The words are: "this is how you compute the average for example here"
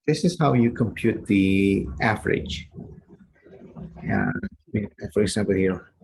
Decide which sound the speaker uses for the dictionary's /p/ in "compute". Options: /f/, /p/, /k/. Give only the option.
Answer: /p/